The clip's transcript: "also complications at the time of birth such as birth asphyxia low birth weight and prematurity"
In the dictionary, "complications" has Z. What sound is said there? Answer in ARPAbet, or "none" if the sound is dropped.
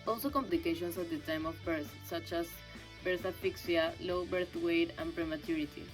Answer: S